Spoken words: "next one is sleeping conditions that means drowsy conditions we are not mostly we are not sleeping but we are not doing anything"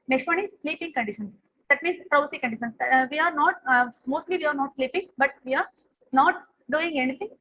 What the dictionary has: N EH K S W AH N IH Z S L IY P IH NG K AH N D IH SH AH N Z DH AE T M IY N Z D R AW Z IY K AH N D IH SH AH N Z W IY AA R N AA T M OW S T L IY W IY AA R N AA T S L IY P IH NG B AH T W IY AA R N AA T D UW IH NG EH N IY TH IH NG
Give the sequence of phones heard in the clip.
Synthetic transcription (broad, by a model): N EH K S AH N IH S L IY P IH NG K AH N D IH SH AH N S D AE T M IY N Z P R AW S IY K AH N D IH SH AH N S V IY AA R N AA T M OW S T L IY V IY AA R N AA T S L IY P IH NG B AH T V IY AA R N AA T D UW IH NG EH N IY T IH NG